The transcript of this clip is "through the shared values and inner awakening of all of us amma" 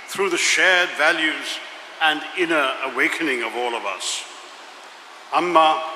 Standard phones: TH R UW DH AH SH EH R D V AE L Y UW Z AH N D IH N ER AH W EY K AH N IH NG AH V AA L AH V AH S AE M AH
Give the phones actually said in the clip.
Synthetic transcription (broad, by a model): TH R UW DH AH SH EH R D V AE L Y UW Z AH N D IH N ER AH W EY K AH N IH NG AH V AA L AH V AH S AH M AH